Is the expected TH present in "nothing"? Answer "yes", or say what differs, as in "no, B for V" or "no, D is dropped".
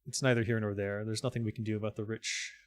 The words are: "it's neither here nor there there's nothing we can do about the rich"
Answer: yes